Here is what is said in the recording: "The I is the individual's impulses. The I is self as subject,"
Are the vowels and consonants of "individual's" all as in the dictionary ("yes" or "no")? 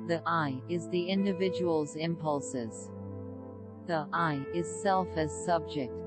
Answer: yes